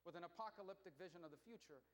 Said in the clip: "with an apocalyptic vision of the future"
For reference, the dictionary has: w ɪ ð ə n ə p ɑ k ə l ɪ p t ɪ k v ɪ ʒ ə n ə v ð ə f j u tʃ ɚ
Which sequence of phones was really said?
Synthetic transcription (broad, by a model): w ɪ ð ə n ə p ɑ k ə l ɪ p t ɪ k v ɪ ʒ ə n ə v ð ə f j u tʃ ɚ